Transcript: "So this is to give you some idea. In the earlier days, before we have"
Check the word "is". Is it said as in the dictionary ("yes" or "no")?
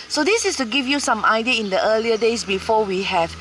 no